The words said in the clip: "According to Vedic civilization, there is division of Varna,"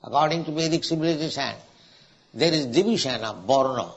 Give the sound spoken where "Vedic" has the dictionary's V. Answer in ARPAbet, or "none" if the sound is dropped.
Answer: B